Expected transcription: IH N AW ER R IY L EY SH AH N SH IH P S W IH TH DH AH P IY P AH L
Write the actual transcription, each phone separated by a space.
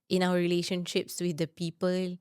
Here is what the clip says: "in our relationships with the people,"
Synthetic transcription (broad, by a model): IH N AW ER R IY L EY SH AH N SH IH P S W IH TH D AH P IY P AH L